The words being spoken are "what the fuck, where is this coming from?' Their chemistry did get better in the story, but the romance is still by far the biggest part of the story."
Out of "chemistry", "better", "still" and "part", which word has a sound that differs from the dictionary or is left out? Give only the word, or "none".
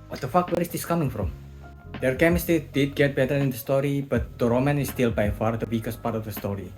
chemistry